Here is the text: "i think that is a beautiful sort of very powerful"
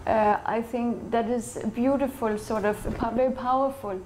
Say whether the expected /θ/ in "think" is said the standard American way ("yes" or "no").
yes